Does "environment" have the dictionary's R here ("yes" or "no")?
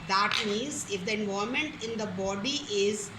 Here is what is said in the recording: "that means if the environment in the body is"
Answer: no